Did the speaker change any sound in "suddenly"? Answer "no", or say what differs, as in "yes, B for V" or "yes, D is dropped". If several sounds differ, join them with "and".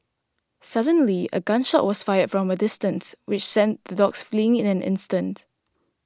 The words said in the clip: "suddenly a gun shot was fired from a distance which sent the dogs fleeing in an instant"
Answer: no